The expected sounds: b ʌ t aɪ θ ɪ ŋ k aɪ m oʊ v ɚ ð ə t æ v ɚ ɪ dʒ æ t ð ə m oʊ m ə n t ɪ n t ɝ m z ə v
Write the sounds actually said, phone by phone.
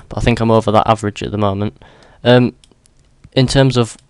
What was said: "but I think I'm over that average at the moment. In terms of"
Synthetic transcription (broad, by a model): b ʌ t aɪ θ ɪ ŋ k aɪ m oʊ v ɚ ð ə t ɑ v ɚ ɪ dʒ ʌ t ð ə m oʊ m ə n t ɪ n t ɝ m z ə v